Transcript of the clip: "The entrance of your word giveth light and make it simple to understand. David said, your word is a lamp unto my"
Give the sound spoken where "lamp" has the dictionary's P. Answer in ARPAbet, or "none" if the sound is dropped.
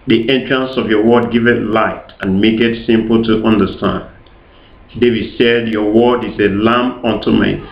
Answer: none